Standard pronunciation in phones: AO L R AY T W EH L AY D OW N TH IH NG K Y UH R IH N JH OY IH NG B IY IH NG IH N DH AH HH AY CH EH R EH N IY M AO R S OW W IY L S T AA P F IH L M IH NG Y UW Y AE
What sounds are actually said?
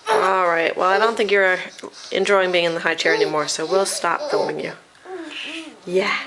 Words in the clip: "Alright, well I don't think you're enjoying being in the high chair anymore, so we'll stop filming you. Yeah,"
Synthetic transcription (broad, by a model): AO L R AY T W EH L AY D OW N TH IH NG K Y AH R IH N JH OY IH NG B IY IH NG IH N DH AH HH AY CH EH R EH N IY M AO R S OW W IY L S T AA P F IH M IH NG Y UW Y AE